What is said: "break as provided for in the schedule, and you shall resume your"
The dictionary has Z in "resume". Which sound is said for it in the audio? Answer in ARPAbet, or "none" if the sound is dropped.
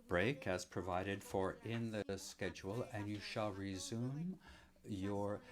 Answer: Z